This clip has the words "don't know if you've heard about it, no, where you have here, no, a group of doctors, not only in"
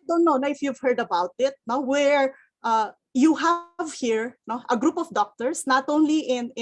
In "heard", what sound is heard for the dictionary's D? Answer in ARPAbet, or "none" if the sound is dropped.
D